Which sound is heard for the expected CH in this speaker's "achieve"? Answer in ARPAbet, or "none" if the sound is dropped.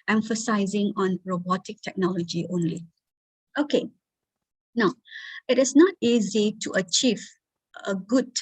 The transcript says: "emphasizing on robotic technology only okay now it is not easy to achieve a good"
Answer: CH